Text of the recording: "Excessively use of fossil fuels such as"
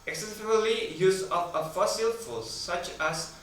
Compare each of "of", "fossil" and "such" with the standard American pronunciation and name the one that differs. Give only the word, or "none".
of